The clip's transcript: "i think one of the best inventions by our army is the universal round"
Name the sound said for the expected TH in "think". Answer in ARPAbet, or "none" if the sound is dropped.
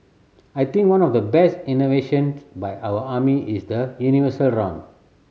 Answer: T